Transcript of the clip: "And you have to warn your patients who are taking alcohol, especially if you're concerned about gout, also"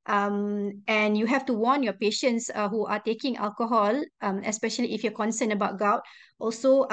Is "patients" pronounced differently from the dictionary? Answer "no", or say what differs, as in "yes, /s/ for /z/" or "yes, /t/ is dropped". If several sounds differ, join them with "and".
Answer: no